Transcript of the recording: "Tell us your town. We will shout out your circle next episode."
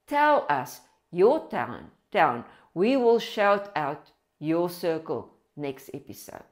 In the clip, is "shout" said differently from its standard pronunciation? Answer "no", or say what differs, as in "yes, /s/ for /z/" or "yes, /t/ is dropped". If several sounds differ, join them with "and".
no